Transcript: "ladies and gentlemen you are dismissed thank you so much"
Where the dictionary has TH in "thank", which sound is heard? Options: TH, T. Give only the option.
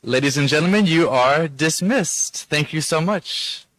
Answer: TH